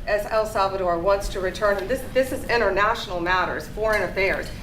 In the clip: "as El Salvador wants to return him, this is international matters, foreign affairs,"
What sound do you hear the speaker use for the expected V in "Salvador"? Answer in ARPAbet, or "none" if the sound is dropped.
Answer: V